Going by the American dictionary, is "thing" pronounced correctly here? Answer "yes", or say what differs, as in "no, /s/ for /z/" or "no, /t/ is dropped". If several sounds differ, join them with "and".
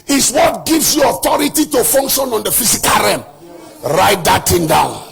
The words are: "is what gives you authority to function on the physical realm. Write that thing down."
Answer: no, /t/ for /θ/